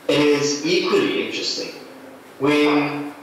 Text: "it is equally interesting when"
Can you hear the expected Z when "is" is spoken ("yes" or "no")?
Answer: yes